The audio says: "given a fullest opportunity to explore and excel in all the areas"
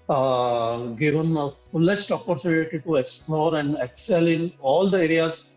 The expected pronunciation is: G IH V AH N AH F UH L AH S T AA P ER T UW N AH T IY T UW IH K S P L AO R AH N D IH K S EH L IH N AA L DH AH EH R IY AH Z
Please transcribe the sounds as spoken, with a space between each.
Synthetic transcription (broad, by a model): G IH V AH N AH F UH L AH S T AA P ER T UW L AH T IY T UW IH K S P L AO R AH N D IH K S EH L IH N AA L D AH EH R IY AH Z